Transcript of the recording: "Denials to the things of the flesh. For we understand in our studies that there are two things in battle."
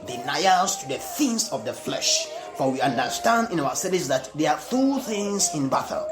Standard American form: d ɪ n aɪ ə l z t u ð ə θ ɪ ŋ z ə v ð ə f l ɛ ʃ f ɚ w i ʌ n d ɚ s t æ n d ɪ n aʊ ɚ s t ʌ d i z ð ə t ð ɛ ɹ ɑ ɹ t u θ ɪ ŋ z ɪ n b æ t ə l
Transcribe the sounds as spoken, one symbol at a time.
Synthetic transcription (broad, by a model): d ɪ n aɪ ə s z t u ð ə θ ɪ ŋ s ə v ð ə f l ɛ ʃ f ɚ w i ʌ n d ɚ s t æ n d ɪ n aʊ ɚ s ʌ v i s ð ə t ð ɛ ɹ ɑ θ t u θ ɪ ŋ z ɪ n b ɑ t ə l